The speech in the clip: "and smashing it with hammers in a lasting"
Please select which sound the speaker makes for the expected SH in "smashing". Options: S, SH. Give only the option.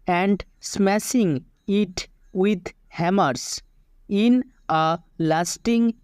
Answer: S